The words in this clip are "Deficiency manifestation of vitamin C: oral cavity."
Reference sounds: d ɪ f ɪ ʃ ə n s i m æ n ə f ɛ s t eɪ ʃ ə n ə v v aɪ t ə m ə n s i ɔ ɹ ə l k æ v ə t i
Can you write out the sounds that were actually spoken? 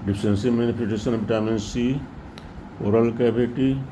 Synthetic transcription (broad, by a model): d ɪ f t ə n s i m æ n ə p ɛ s t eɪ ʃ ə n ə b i t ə m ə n s i ɔ ɹ ə l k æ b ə t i